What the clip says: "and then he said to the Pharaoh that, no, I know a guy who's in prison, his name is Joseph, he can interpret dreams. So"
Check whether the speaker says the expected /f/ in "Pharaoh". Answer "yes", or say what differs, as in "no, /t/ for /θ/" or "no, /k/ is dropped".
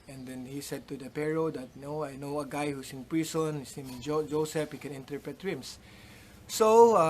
no, /p/ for /f/